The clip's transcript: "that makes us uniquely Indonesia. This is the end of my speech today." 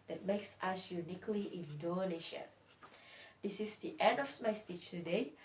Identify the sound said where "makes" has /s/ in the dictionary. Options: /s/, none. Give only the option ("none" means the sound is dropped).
/s/